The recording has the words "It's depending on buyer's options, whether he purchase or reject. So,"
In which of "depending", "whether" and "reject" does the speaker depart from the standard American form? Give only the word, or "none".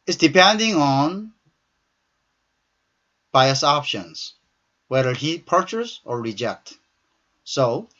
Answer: none